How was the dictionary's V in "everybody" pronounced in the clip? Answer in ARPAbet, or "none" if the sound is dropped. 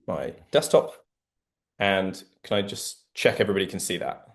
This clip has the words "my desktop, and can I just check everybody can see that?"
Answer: V